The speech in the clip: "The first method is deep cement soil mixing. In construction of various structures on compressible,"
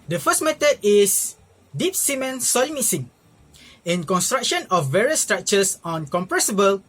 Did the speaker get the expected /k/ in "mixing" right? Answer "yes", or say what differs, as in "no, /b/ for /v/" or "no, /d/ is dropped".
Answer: no, /k/ is dropped